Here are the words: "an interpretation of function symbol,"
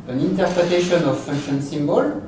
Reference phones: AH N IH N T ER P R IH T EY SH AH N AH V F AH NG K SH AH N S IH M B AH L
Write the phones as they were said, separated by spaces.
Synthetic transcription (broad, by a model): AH N IH N T ER P R IH T EY SH AH N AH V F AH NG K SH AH N S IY M B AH L